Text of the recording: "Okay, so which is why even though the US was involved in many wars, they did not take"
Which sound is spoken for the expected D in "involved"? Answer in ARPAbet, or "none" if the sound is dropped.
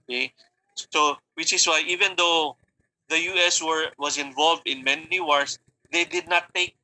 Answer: D